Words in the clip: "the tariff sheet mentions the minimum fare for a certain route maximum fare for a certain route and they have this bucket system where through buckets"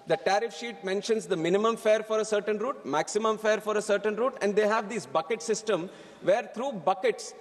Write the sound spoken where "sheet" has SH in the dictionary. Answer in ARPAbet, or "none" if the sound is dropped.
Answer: SH